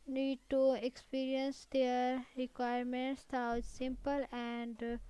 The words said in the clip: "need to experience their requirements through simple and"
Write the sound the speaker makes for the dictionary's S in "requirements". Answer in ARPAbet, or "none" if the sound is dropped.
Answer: S